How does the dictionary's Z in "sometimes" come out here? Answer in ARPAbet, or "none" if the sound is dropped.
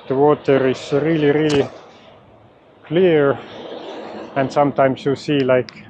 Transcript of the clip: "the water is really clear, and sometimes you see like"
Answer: S